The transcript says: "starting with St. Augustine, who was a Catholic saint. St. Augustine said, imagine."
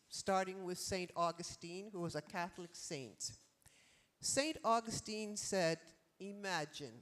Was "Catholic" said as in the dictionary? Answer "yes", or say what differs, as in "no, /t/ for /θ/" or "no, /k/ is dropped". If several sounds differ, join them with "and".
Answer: yes